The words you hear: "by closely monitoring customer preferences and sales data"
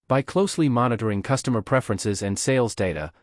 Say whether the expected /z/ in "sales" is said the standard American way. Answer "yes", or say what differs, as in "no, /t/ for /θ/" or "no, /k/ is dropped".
yes